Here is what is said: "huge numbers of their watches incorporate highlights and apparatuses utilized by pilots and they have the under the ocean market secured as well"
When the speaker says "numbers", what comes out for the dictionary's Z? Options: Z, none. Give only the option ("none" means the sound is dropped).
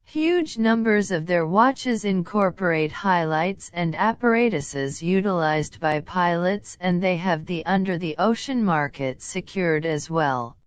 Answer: Z